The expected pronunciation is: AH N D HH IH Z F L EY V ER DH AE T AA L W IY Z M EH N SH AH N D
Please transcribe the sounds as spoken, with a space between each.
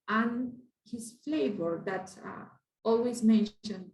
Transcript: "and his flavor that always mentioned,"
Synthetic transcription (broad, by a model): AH N HH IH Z F L EY V ER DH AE T AA L W IY Z M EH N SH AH N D